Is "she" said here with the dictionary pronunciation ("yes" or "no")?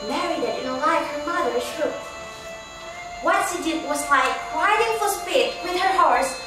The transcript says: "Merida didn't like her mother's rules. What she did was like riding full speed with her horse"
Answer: no